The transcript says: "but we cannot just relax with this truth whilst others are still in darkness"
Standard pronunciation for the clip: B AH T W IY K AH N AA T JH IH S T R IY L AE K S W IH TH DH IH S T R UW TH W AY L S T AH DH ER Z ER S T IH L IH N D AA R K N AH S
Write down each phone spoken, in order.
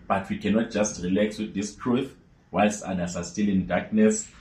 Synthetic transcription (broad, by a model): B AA T W IY K AH N AA T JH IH S T R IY L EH K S W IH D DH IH S T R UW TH W AY L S AA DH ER S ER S T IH L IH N D AA K N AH S